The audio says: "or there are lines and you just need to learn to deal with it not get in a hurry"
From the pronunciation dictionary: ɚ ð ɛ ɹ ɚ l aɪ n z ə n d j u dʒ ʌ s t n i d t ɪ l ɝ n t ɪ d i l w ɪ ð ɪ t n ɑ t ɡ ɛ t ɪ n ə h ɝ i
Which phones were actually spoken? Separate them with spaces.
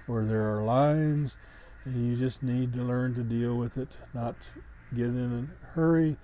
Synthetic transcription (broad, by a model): ɚ ð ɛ ɹ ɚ l aɪ n z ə n j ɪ dʒ ʌ s t n i d t ɪ l ɝ n t ɪ d i l w ɪ ð ɪ t n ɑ t ɡ ɛ t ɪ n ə h ɝ i